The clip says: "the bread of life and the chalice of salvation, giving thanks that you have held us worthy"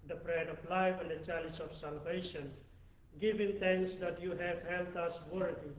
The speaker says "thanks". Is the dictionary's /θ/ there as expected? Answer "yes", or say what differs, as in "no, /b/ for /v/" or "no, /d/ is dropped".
no, /t/ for /θ/